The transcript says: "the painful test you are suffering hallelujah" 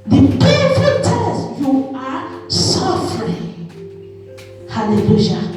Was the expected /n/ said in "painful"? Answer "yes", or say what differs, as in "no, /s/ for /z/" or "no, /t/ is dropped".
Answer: no, /n/ is dropped